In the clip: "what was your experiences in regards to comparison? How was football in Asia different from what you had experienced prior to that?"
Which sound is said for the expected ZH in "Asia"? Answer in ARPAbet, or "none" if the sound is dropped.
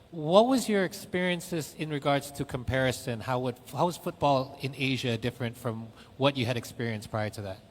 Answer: ZH